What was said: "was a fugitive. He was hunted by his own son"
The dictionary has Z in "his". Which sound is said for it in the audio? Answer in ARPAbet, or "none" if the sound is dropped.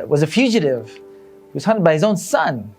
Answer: Z